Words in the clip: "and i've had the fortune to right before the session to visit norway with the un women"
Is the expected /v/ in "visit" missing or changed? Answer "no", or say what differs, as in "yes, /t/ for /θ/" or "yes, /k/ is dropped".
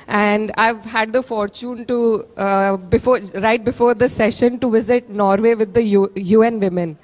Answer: no